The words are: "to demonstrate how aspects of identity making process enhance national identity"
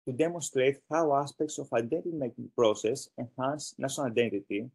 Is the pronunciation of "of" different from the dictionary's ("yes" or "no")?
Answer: yes